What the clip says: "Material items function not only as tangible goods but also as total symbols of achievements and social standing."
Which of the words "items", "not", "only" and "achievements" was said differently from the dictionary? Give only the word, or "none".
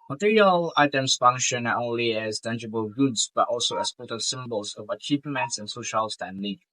items